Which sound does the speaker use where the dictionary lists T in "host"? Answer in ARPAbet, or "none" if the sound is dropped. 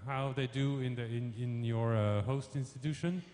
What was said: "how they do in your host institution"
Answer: T